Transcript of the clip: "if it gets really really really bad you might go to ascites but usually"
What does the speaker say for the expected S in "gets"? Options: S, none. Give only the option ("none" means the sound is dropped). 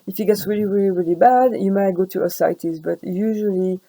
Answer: S